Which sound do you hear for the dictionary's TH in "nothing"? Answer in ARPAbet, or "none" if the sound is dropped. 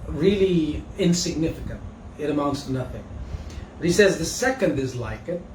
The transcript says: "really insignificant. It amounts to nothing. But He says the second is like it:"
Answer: TH